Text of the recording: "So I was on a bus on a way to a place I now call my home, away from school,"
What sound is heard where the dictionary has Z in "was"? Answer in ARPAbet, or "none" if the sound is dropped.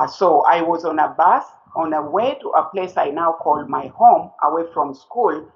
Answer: Z